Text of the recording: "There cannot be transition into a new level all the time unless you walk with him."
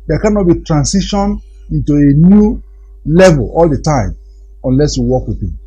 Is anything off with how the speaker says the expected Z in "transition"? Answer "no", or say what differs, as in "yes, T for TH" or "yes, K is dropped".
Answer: yes, S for Z